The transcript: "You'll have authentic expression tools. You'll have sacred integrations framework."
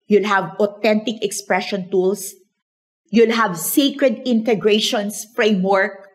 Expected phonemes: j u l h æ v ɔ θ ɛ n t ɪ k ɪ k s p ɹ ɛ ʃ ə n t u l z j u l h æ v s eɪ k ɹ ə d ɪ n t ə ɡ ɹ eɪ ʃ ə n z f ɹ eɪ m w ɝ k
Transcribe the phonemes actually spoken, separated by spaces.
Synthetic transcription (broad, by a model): j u l h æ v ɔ t ɛ n t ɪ k ɪ k s p ɹ ɛ ʃ ə n t u l s j u l h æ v s eɪ k ɹ ə d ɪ n t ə ɡ ɹ eɪ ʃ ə n s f ɹ eɪ m w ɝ k